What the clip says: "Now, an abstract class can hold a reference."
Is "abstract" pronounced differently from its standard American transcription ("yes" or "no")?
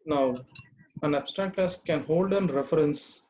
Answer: yes